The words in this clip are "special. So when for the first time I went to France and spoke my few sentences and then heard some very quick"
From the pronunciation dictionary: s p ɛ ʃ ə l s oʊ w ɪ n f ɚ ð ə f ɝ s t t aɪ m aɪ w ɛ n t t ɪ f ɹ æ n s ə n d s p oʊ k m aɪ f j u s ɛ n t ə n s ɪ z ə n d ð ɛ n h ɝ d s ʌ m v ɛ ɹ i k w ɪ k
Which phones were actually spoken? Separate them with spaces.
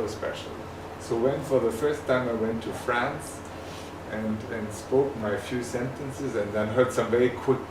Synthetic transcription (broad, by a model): s p ɛ ʃ l s oʊ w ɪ n f ɚ ð ə f ɝ s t t aɪ m aɪ w ɛ n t t ɪ f ɹ æ n s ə n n s p oʊ k m aɪ f j u s ɛ n t ə n s ɪ z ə n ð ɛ n h ɝ d s ʌ m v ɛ i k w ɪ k